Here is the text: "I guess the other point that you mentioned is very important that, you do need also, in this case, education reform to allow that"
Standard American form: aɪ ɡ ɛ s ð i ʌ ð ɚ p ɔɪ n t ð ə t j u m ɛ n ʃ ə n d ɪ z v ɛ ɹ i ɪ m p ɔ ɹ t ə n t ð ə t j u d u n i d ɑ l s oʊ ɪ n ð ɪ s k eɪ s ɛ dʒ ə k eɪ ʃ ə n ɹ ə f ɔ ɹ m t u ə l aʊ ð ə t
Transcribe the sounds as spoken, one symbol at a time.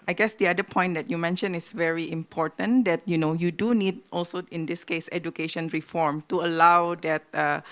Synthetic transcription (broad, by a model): aɪ ɡ ɛ s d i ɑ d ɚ p ɔɪ n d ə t j u m ɛ n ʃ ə n ɪ s v ɛ ɹ i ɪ m p ɔ ɹ t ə n t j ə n j u d u n i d ɑ l s oʊ ɪ n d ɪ s k eɪ s ɛ dʒ ə k eɪ ʃ ə n ɹ ə f ɔ ɹ m t u ə l aʊ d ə t